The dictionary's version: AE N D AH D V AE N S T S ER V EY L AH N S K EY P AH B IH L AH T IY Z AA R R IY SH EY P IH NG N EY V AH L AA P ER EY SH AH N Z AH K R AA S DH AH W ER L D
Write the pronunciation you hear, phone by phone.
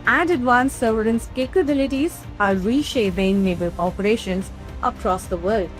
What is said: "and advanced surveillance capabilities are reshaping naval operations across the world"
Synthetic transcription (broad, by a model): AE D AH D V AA N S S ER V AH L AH N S K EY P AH B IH L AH T IY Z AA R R IY SH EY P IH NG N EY B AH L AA P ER EY SH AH N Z AH K R AA S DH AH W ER L D